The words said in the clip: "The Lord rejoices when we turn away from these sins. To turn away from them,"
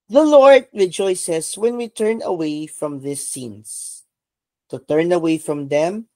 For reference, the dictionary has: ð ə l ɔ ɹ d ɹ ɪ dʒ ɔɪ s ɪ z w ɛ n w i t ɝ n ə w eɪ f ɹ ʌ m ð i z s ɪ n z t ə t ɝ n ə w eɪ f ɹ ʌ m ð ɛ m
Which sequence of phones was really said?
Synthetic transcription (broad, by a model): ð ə l ɔ ɹ d ɹ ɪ dʒ ɔɪ s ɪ s w ɛ n w i t ɝ n ə w eɪ f ɹ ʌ m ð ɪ s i n s t ə t ɝ n ə w eɪ f ɹ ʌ m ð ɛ m